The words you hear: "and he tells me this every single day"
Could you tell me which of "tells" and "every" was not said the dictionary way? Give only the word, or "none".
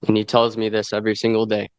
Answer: none